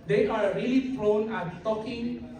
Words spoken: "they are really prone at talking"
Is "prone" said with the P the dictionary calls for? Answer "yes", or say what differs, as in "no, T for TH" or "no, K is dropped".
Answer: no, F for P